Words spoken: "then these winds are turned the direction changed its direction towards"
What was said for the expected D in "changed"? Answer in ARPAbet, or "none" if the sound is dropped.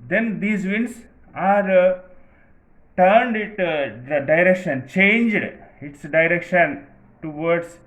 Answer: D